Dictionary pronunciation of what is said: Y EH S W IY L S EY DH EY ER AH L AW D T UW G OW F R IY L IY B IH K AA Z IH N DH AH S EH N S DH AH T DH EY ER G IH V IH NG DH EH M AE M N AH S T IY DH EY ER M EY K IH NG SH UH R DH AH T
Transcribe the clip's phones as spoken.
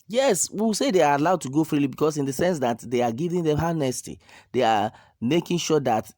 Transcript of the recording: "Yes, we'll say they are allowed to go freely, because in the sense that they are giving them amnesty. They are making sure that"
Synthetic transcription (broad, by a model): Y EH S W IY W S EY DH EY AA AH L AW D T UW G OW F R IY L IY B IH K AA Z IH N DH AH S EH N S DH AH T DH EY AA G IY V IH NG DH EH M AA N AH S T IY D EY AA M EY K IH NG SH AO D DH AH T